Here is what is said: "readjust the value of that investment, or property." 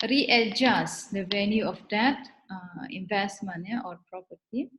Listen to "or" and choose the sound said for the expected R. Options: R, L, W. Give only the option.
R